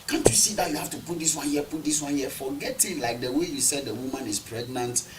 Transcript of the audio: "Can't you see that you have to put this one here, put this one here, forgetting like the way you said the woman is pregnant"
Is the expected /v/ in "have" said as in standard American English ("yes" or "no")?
no